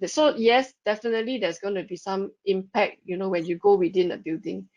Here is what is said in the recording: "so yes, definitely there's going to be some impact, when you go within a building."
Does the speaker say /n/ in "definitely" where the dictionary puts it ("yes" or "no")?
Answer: yes